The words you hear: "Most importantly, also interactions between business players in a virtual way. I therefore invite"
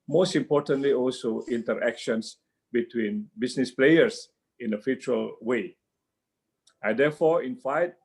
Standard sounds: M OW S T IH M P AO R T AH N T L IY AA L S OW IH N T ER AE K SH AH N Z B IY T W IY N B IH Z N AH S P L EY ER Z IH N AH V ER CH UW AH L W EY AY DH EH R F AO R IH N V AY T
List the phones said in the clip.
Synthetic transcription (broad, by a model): M OW S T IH M P AO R T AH N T L IY AA L S OW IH N T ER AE K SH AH N S B IY T W IY N B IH S N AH S P L EY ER S IH N AH F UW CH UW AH L W EY AY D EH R F AO R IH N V AY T